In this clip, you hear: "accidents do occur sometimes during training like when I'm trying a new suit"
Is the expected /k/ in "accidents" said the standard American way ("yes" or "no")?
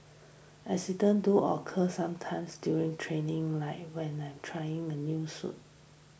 no